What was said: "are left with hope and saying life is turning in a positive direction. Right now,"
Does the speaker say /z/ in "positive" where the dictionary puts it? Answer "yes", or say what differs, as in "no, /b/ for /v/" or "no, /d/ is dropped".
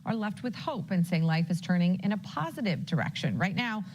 yes